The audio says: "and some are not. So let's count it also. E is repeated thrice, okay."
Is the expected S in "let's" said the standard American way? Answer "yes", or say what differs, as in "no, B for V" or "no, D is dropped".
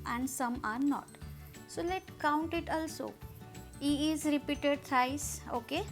no, S is dropped